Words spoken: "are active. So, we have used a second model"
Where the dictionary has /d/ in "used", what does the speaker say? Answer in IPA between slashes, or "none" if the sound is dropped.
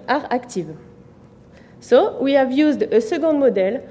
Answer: /d/